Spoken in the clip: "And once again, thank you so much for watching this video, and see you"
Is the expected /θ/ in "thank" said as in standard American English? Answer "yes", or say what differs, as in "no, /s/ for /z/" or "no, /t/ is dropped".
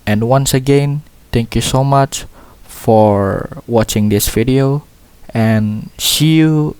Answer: no, /t/ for /θ/